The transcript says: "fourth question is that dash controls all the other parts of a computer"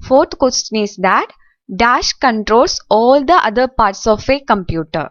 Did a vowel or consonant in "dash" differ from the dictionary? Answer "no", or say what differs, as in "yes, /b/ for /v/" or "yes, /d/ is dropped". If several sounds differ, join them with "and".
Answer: no